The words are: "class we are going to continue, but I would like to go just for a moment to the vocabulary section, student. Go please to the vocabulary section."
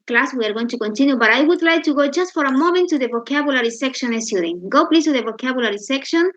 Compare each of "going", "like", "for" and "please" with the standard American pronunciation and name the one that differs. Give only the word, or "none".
please